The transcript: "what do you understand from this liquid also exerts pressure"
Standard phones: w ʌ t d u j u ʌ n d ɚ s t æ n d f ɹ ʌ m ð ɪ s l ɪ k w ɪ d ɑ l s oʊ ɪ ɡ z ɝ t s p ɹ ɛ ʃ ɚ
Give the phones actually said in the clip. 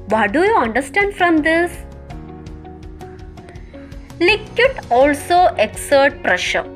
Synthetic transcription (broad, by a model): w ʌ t d u j u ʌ n d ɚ s t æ n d f ɹ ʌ m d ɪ s l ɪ k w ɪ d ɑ l s oʊ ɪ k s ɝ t p ɹ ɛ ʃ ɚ